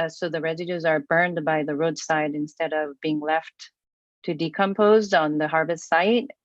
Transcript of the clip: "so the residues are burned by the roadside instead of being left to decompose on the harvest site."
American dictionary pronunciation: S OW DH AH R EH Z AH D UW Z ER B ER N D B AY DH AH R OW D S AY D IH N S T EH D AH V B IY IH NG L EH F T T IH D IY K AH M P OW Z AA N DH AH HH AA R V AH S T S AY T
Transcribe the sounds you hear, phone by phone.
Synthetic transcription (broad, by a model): S OW DH AH R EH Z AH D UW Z ER B ER N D B AY DH AH R OW D S AY D IH N S T EH D AH V B IY IH NG L EH F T T IH D IY K AH M P OW Z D N DH AH HH AA R V AH S T S AY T